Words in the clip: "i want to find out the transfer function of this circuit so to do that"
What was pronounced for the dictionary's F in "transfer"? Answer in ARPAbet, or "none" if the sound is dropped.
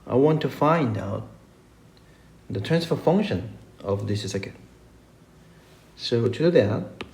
F